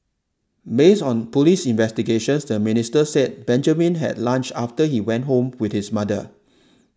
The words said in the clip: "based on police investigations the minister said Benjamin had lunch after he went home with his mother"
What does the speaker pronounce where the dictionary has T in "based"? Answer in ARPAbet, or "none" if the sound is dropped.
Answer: none